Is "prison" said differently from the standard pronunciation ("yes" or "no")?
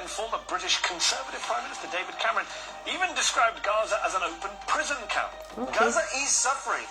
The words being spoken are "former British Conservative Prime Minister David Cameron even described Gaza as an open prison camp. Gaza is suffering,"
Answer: no